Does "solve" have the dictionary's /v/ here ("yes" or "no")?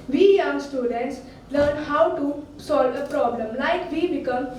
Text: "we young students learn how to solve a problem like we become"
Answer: yes